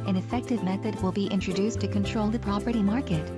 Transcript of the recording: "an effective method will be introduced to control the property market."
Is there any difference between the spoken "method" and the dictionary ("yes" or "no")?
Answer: no